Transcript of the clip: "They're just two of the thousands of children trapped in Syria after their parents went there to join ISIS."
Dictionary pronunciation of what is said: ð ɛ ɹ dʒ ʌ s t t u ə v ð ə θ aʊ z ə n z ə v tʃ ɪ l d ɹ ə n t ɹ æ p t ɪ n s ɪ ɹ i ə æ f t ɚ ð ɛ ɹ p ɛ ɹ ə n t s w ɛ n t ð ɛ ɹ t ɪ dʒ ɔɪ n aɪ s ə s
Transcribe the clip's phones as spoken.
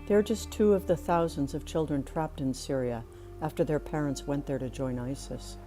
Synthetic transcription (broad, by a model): ð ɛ ɹ dʒ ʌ s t t u ə v ð ə θ aʊ z ə n z ə v tʃ ɪ l d ɹ ə n t ɹ æ p t ɪ n s ɪ ɹ i ə æ f t ɚ ð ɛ ɹ p ɛ ɹ ə n t s w ɛ n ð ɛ ɹ t ɪ dʒ ɔɪ n aɪ s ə s